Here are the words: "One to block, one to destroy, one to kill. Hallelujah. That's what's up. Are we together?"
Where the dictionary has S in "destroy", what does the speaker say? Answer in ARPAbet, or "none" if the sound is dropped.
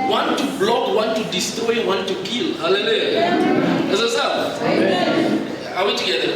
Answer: S